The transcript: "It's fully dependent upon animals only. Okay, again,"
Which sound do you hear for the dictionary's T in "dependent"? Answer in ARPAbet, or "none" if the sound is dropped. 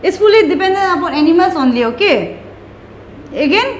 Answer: none